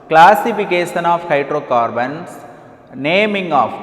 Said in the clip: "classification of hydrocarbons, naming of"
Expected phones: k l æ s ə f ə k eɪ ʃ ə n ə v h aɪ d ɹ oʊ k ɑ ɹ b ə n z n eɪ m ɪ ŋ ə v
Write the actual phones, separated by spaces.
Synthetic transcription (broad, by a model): k l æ s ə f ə k eɪ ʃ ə n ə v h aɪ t ɹ oʊ k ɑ ɹ b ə n s n eɪ m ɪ ŋ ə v